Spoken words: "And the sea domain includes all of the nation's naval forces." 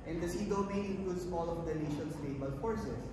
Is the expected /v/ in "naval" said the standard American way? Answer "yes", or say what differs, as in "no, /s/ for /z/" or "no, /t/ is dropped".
no, /b/ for /v/